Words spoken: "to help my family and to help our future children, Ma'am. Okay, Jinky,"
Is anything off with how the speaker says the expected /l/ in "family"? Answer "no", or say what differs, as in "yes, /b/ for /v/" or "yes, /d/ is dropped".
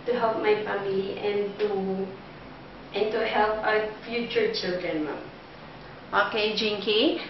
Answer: yes, /n/ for /l/